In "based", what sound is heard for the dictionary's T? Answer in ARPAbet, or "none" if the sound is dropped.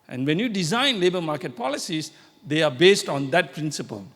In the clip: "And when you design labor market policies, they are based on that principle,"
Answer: T